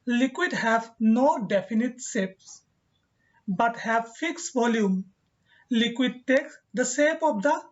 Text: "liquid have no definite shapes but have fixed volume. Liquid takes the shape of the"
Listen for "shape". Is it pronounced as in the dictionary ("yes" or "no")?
no